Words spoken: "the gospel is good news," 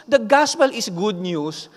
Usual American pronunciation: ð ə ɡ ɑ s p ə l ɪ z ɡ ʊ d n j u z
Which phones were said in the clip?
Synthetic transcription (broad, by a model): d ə ɡ ɑ s p ə l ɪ s ɡ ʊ d n j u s